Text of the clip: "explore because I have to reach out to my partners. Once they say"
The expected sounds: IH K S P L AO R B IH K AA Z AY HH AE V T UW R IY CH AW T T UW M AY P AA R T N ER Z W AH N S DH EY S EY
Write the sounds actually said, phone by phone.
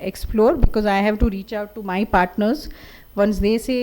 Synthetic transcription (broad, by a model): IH K S P L AO R B IH K AA Z AY HH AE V T UW R IY CH AW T T UW M AY P AA R T N ER Z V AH N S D EY S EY